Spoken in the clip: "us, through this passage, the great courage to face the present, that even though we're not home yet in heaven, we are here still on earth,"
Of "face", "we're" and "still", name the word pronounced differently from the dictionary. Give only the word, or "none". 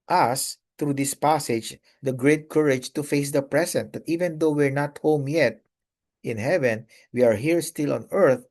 none